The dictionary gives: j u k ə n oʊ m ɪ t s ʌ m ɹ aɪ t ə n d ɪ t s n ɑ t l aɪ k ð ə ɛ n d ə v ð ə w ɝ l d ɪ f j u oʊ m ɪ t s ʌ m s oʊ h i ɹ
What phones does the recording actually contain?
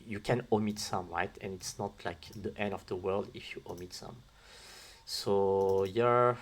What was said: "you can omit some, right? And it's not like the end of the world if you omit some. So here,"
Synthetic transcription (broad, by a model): j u k ə n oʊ m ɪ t s ʌ m ɹ aɪ t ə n ɪ t s n ɑ t l aɪ k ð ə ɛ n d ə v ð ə w ɝ l d ɪ f j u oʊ m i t s ʌ m s oʊ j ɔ ɹ